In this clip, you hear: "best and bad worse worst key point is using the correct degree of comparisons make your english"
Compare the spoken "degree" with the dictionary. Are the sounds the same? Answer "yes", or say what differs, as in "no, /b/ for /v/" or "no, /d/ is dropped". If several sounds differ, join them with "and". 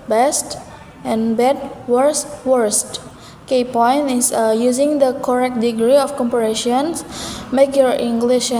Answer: yes